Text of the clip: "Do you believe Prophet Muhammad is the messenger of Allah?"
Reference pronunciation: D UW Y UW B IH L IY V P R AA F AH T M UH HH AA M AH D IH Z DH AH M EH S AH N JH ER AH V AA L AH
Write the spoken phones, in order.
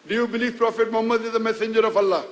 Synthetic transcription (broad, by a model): D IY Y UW B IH L IY F P R AA F AH T M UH HH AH M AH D IH Z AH M EH S AH N JH ER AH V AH L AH